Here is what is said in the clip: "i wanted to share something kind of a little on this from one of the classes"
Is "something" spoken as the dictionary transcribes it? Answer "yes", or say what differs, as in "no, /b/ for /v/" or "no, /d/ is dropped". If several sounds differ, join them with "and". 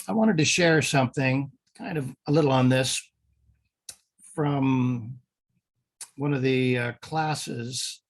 yes